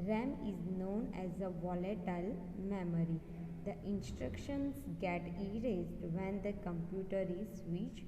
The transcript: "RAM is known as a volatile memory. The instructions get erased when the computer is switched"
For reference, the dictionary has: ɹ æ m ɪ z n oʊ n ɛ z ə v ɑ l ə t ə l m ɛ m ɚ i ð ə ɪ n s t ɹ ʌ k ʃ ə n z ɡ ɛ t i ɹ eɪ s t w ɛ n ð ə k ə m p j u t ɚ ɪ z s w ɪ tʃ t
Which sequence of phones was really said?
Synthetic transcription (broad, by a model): ɹ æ m ɪ z n oʊ n ɛ z ə v ɑ l ə t ə l m ɛ m ɚ i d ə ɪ n s t ɹ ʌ k ʃ ə n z ɡ ɛ t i ɹ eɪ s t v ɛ n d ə k ə m p j u t ɚ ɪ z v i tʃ